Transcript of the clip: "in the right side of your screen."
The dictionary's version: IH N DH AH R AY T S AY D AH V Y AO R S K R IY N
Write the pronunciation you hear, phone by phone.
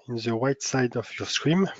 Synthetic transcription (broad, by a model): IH N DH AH W AY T S AY D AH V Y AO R S K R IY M